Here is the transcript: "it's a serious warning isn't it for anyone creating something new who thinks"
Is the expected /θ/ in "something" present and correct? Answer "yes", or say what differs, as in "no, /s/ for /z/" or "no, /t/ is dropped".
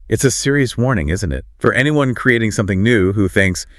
yes